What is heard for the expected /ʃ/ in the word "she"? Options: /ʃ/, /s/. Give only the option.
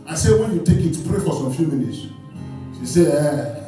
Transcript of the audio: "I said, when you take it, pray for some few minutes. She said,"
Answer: /s/